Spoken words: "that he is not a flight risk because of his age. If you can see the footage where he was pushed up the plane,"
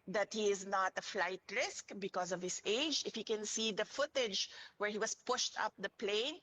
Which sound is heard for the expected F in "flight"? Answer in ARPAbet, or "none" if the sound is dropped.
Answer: F